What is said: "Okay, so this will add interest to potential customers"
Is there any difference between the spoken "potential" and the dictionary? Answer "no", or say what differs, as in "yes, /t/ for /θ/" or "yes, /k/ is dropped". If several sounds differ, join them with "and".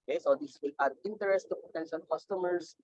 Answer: yes, /n/ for /l/